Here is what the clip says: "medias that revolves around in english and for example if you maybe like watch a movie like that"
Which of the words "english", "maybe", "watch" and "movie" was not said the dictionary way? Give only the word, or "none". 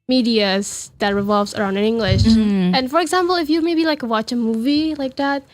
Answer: none